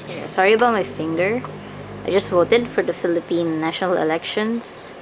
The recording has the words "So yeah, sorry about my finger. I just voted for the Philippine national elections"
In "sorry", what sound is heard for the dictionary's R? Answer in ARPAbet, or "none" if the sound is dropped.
R